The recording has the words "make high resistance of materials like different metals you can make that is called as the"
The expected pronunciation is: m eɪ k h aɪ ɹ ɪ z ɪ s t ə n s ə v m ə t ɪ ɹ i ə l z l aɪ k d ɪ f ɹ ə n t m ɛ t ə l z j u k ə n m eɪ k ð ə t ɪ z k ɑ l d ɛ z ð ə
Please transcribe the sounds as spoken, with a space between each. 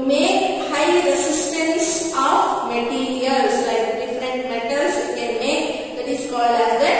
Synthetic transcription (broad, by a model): m eɪ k h aɪ ɹ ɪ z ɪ s t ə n s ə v m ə t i ɹ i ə l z l aɪ k d ɪ f ɹ ə n t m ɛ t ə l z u k ə n m eɪ k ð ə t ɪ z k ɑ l ɑ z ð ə